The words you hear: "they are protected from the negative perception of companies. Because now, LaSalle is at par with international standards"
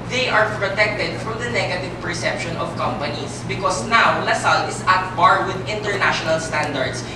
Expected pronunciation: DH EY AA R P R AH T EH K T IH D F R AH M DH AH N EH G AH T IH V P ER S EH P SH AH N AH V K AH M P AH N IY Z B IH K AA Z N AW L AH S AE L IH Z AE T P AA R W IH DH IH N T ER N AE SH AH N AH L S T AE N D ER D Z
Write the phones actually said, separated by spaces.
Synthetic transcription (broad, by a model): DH EY AA R P R AH T EH K T IH D F R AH M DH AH N EH G AH T IH V P ER S EH P SH AH N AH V K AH M P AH N IY S B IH K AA S N AW L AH S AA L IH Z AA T B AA R W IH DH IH N T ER N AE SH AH N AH L S T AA N D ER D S